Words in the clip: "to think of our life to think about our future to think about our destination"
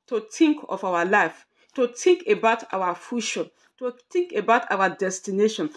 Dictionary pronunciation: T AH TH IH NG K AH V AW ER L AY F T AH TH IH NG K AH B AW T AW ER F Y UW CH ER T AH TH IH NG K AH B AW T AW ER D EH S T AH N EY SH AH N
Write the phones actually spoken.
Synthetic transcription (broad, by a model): T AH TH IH NG K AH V AW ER L AY F T AH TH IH NG K AH B AW T AW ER F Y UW SH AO T AH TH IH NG K AH B AW T AW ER D EH S T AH N EY SH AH N